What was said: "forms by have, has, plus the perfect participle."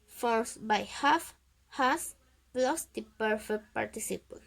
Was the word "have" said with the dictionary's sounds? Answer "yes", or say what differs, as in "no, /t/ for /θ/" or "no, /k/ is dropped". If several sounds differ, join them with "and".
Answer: no, /f/ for /v/